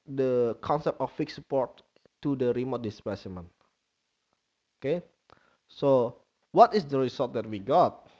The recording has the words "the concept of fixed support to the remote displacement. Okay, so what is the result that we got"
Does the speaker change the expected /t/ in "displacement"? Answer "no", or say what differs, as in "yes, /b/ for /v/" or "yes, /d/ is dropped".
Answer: yes, /t/ is dropped